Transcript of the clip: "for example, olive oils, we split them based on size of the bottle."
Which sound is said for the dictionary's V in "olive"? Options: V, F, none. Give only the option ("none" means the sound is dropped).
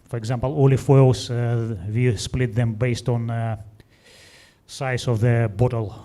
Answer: F